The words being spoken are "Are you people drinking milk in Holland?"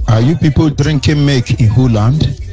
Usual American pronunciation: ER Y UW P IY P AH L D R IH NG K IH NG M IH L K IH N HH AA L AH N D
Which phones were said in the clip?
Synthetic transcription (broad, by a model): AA Y UW P IY P AH L D R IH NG K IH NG M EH K IH N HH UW L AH N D